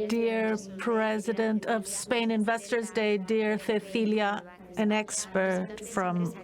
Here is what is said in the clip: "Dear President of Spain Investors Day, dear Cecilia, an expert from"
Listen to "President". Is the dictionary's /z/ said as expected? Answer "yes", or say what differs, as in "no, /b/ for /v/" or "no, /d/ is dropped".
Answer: yes